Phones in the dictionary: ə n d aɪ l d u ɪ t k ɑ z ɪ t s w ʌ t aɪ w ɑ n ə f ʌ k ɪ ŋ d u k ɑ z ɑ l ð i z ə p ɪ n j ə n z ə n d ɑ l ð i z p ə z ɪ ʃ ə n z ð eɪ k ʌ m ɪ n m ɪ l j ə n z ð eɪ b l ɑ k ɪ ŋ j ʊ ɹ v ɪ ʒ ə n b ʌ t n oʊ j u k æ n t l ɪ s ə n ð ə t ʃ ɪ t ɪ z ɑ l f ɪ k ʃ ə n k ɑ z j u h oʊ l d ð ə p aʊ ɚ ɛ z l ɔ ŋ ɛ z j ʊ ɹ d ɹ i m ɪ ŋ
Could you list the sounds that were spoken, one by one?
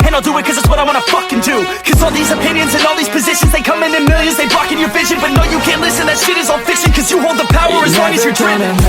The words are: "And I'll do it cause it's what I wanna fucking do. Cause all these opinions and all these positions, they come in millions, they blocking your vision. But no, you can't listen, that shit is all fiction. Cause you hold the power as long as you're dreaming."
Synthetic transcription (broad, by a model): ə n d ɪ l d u ɪ t k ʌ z ɪ t s w ʌ t aɪ w ɑ n ə f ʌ k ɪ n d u k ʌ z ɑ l ð i z ə p ɪ n j ə n z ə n ɑ l ð i z p ə z ɪ ʃ ə n z ð eɪ k ʌ m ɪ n m ɪ l j ə n z ð eɪ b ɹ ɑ k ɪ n j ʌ ɹ v ɪ ʒ ə n b ʌ t n oʊ j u k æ n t l ɪ s ə n ð ə t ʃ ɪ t ɪ z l f ɪ k s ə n k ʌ z j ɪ h oʊ l d ð ə p aʊ ɚ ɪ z w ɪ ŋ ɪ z j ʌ ɹ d ɹ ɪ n